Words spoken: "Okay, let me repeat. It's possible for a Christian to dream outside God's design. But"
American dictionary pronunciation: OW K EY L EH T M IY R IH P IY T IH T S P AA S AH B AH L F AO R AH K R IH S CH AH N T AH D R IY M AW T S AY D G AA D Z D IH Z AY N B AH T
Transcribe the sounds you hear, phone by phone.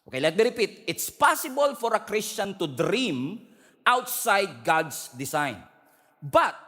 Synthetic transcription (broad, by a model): OW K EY L EH T M IY R IH P IY T IH T S P AA S AH B AH L F AO R AH K R IH S CH AH N T AH D R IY M AW T S AY D G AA D S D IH S AY N B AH T